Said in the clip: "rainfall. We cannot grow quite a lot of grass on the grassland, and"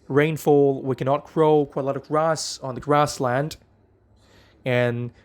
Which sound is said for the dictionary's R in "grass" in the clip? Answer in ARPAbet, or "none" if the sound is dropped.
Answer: R